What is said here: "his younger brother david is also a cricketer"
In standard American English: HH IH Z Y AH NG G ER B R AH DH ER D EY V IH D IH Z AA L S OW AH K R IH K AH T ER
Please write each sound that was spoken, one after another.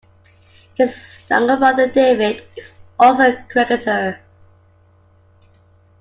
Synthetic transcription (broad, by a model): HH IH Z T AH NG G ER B AH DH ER D EY V IH D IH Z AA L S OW AH K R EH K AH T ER